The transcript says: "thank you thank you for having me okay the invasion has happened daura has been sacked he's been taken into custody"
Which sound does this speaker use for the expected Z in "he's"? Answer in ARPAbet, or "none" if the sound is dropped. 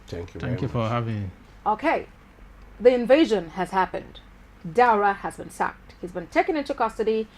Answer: Z